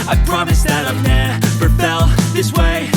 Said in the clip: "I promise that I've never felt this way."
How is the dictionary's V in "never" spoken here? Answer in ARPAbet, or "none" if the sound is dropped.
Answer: P